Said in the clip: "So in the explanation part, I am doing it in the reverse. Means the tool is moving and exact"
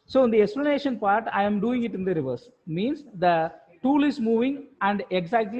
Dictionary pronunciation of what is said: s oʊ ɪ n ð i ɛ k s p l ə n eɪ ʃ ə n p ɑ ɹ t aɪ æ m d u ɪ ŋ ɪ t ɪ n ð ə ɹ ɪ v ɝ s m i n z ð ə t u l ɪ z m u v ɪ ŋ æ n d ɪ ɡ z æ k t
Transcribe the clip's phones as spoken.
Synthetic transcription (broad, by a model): s oʊ ɪ n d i ɛ k s p l ə n eɪ ʃ ə n p ɑ ɹ t aɪ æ m d u ɪ ŋ ɪ t ɪ n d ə ɹ ɪ v ɝ s m i n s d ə t u l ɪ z m u v ɪ ŋ æ n d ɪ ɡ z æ k t